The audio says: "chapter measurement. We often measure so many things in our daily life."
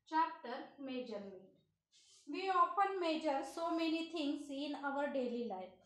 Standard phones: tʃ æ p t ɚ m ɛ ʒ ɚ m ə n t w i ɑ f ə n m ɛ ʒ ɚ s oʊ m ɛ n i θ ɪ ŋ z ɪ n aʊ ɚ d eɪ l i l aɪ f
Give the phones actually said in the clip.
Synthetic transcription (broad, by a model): tʃ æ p t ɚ m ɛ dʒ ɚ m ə t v i ɑ f ə n m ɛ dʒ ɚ s oʊ m ɛ n i t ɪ ŋ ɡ ɪ n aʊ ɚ d eɪ l i l aɪ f